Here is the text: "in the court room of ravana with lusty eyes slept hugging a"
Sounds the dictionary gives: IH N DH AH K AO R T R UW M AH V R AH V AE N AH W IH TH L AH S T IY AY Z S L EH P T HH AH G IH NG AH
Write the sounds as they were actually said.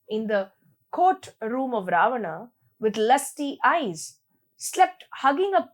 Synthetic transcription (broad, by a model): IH N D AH K AO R T R UW M AH V R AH V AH N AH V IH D L AH S T IY AY Z S L EH P T HH AH G IH NG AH